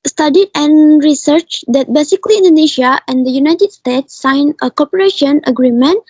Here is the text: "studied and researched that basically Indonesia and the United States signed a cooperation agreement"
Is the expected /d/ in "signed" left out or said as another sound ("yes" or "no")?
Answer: yes